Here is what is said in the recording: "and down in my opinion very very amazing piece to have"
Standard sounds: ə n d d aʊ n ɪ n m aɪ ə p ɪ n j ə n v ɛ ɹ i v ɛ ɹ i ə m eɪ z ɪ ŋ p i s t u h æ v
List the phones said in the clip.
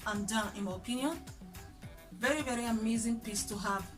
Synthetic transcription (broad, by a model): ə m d d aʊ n ɪ n m aɪ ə p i n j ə n v ɛ ɹ i v ɛ ɹ i ə m eɪ z ɪ ŋ p i s t u h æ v